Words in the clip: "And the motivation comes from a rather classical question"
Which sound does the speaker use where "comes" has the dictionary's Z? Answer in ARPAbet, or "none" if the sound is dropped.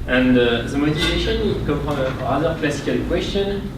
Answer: none